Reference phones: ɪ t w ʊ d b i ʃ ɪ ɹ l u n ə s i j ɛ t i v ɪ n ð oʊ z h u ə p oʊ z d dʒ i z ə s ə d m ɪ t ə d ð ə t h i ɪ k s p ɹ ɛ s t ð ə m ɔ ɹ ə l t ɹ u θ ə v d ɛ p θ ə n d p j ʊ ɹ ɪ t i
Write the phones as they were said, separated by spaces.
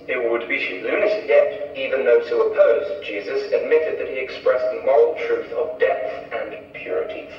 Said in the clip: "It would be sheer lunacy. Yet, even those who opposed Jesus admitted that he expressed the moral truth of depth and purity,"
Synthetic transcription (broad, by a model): ɪ t w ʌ d b i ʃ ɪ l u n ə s j ɛ t i v ɪ n ð oʊ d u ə p oʊ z dʒ i z ə s ə d m ɪ t ə d ð ə t h i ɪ k s p ɹ ɛ s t ð ə m ɔ ɹ l t ɹ u θ ə v d ɛ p θ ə n p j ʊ ɹ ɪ t i